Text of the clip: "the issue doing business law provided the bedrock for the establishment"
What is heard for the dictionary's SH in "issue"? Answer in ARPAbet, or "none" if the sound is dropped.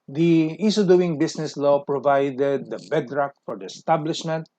S